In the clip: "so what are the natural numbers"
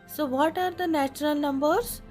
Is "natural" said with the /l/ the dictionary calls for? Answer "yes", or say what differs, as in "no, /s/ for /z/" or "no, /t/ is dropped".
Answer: yes